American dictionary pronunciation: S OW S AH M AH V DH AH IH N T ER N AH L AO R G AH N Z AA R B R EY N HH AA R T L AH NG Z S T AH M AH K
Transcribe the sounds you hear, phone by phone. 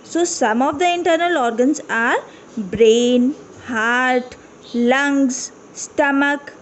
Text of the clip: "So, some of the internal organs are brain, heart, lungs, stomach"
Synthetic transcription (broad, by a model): S OW S AH M AH V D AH IH N T ER N AH L AO R G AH N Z AA R B R EY N HH AA R T L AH NG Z S T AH M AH K